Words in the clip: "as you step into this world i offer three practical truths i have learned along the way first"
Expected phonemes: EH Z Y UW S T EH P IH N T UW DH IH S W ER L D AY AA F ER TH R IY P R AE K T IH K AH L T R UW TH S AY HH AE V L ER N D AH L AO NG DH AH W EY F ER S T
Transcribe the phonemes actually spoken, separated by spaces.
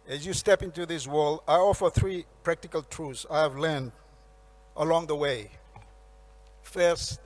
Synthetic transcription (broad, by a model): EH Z Y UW S T EH P IH N T UW DH IH S W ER L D AY AA F ER TH R IY P R AE K T IH K AH L T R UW F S AY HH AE V L ER N D AH L AO NG DH AH W EY F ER S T